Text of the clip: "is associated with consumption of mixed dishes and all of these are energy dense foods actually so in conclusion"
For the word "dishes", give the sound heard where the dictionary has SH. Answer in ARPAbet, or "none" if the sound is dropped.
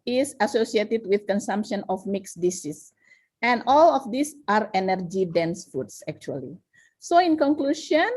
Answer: S